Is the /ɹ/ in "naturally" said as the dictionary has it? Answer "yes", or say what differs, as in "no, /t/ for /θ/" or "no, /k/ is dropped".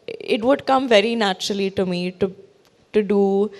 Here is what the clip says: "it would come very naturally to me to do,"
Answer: yes